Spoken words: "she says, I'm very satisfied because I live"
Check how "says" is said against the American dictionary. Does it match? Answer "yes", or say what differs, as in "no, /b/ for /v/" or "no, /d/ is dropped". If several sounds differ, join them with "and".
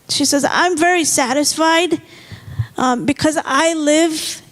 yes